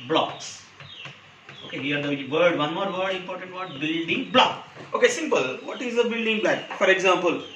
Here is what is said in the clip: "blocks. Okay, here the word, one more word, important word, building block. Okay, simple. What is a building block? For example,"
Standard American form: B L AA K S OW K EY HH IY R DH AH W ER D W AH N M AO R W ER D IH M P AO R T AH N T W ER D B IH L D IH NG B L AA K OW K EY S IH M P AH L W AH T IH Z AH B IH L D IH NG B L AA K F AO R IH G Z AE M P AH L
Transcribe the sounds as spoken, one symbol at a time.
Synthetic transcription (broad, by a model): B L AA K S OW K EY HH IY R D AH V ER D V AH N M AO R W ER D IH M P AO R T AH N T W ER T B IH L D IH NG B L AA K OW K EY S IH M P AH L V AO T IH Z AH B IH L D IH NG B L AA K F AO R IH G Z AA M P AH L